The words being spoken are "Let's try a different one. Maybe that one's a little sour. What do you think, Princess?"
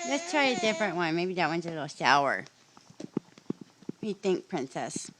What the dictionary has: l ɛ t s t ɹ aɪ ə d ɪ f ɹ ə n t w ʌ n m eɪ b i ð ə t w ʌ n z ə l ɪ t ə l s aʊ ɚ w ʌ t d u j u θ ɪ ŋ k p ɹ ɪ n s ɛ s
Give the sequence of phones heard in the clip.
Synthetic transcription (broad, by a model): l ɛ t s t ɹ aɪ ə d ɪ f ɹ ə n t w ʌ n m eɪ b i ð ə t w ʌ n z ə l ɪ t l ʃ aʊ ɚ ʌ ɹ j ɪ θ ɪ ŋ k p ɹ ɪ n s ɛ s